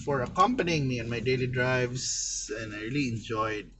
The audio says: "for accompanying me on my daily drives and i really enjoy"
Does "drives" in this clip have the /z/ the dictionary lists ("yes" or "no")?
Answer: no